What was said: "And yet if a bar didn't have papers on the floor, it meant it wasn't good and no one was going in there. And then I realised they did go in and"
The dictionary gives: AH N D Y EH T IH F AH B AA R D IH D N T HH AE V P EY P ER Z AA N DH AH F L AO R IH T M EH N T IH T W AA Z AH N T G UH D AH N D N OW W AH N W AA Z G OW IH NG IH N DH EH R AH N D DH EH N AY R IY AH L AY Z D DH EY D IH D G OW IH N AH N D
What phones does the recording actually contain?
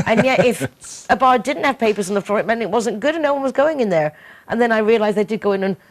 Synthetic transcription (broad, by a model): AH N Y EH T IH F AH B AA R D IH D N T HH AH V P EY P ER Z N DH AH F L AO R IH T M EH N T IH T W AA Z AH N G UH D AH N N OW W AH N W AA Z G OW IH NG IH N DH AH R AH N DH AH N AY R IY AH L AY Z DH EY D IH D G OW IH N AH N